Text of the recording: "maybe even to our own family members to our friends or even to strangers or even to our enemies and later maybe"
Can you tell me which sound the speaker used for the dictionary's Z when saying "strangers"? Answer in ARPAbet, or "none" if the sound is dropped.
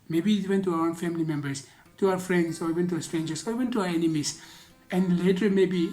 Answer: S